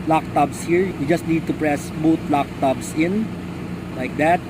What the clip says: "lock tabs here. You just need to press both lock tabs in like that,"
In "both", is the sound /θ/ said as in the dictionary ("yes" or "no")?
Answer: no